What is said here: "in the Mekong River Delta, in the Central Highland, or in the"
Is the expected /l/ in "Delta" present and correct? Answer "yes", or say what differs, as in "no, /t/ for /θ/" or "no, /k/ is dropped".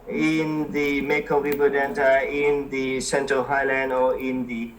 no, /n/ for /l/